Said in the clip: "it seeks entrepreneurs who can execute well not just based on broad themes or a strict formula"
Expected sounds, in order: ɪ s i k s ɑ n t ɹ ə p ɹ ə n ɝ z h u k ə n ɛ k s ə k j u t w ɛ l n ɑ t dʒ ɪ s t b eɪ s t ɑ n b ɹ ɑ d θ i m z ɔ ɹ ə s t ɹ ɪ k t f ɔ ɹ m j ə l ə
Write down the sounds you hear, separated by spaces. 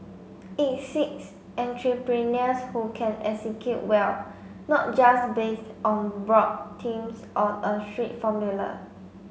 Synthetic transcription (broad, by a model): ɪ s i k s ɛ n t ɹ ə p ɹ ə n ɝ s h u k ə n ɛ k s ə k j u t w ɛ l n ɑ t dʒ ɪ s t b eɪ s t ɑ n b ɹ ɑ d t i m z ɔ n ə s t ɹ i t f ɔ m j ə l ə